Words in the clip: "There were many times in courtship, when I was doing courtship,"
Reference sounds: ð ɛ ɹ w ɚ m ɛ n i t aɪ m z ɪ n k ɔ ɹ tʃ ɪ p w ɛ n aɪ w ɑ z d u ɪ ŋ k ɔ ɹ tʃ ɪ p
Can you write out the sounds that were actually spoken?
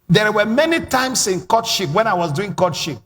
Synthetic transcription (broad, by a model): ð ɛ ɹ w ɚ m ɛ n i t aɪ m s ɪ n k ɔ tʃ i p w ɛ n aɪ w ɑ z d u ɪ ŋ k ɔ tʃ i p